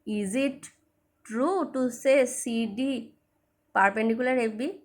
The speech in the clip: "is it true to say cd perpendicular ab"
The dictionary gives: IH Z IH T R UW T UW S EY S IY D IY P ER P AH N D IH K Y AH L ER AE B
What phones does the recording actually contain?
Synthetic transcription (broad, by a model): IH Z IH T R UW T UW S EY S IY D IY P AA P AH N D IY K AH L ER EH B